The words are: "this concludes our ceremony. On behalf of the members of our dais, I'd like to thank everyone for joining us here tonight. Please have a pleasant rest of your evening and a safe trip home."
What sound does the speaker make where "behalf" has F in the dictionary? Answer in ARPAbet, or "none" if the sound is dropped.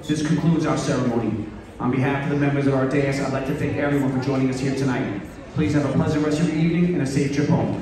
F